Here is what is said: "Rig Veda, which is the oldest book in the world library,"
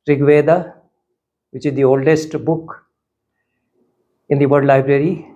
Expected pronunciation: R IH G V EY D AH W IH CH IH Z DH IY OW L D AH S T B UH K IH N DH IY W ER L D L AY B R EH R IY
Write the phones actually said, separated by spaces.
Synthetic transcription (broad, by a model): R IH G V EY D AH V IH CH IH Z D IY OW L D AH S T B UH K IH N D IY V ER D L AY B R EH R IY